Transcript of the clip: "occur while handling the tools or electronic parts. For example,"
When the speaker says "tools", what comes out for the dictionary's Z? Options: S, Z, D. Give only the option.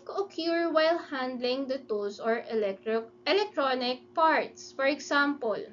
S